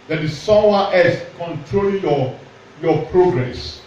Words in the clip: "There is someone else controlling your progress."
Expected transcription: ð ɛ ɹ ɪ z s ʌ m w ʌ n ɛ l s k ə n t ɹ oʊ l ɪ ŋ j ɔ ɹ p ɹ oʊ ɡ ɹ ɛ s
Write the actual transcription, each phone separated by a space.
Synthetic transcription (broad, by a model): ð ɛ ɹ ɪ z s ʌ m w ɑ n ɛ s k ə n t ɹ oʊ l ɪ j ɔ p ɹ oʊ ɡ ɹ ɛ s